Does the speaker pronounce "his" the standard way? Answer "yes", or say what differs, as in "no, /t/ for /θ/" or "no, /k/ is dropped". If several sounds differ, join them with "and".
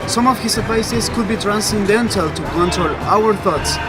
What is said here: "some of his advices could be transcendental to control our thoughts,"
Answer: no, /s/ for /z/